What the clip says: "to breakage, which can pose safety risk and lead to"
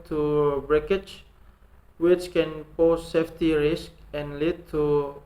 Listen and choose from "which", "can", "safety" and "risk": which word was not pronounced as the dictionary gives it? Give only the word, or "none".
none